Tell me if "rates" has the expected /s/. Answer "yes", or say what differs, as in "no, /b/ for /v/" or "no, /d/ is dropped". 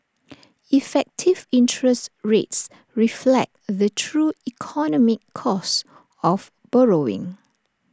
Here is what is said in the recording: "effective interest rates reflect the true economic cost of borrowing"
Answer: yes